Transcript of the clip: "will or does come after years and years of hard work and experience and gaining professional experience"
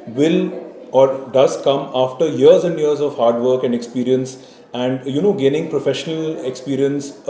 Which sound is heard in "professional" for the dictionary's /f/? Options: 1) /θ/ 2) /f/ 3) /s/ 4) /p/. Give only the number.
2